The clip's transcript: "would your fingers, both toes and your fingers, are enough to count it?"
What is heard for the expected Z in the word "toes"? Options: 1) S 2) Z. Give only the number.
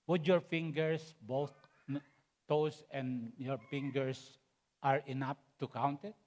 1